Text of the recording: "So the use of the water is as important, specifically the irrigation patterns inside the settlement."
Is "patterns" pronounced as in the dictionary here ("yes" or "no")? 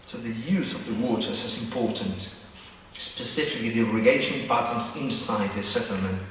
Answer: no